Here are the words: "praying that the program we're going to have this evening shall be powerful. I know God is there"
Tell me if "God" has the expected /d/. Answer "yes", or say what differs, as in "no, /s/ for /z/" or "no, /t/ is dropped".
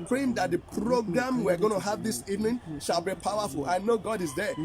yes